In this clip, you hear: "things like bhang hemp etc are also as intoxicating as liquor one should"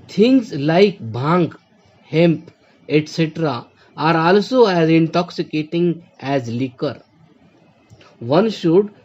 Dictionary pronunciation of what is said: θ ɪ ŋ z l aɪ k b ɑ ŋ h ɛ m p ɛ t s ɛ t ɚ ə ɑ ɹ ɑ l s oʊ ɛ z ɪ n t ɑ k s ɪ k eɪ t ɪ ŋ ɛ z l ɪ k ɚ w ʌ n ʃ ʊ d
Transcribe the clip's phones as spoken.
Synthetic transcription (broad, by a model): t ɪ ŋ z l aɪ k b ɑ ŋ h ɛ m p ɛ t s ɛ t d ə ɑ ɹ ɑ l s oʊ ɛ z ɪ n t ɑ k s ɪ k eɪ t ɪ ŋ ɛ z l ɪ k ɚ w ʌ n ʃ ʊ d